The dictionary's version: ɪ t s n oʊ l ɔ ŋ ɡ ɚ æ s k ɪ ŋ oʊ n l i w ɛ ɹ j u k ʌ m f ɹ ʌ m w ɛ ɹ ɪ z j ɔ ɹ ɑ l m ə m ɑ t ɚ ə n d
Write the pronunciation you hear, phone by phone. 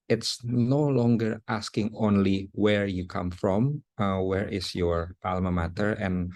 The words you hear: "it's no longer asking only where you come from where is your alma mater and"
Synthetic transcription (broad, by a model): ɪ t s n oʊ l ɔ ŋ ɡ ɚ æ s k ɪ ŋ oʊ n l i w ɛ ɹ j u k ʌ m f ɹ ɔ m w ɛ ɹ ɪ s j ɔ ɹ ɑ l m ə m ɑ t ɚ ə n